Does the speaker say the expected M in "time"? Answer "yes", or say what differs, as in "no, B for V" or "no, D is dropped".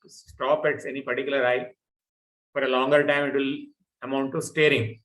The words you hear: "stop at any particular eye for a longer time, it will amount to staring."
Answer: yes